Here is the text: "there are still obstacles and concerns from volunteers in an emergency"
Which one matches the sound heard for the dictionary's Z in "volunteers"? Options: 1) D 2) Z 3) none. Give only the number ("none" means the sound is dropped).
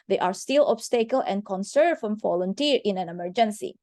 3